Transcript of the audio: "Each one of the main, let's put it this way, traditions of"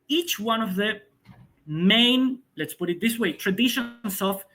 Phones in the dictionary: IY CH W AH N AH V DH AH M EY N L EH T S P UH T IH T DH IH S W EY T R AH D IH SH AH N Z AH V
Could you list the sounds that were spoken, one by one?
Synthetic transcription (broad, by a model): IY CH W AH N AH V DH AH M EY N L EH T S P UH T IH T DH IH S W EY T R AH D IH SH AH N S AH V